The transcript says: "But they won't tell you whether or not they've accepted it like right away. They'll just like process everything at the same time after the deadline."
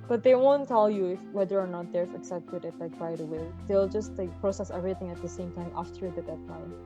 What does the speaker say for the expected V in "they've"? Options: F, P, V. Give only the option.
F